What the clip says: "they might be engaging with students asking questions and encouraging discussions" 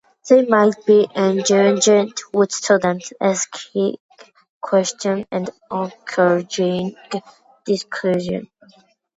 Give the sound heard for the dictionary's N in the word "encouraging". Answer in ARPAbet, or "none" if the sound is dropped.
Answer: none